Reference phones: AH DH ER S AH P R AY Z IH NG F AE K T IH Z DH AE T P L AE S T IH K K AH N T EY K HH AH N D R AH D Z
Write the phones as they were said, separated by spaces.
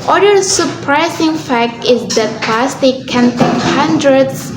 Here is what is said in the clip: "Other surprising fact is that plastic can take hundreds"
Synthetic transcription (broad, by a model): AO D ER S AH P R AY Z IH NG F AE K T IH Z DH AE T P AE S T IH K K AH N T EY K HH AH N D R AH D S